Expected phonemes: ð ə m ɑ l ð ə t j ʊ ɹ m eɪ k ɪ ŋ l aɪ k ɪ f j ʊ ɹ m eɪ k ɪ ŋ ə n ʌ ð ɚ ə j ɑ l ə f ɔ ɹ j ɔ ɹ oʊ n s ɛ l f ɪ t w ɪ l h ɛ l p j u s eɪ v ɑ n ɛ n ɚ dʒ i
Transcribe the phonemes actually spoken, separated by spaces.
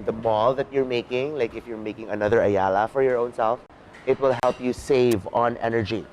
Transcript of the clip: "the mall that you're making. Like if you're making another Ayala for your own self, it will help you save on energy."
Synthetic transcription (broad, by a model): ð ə m ɑ l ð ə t j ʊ ɹ m eɪ k ɪ ŋ l aɪ k ɪ f j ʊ ɹ m eɪ k ɪ ŋ ə n ʌ ð ɚ ə j ɑ l ə f ɔ ɹ j ɔ ɹ oʊ n s ɛ l f ɪ t w ɪ l h ɛ l p j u s eɪ v ɑ n ɛ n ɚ dʒ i